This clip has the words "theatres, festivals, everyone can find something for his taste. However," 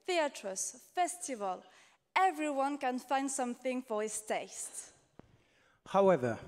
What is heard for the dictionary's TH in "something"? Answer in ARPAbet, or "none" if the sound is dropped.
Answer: TH